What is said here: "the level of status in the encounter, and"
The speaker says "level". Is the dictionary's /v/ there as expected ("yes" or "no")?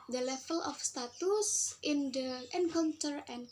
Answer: no